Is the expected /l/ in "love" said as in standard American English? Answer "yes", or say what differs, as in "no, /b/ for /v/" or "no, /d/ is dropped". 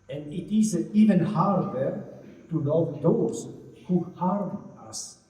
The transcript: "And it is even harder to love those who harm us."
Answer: no, /n/ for /l/